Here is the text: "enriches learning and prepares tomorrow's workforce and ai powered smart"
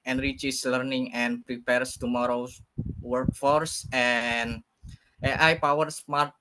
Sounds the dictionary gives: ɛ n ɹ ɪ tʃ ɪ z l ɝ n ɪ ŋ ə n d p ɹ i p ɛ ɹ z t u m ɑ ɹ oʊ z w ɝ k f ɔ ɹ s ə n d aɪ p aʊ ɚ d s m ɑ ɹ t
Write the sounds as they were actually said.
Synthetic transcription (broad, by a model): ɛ n ɹ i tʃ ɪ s l ɝ n ɪ ŋ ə n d p ɹ i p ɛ ɹ s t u m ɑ ɹ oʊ w ɝ k f ɔ ɹ s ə n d aɪ p aʊ ɚ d s m ɑ ɹ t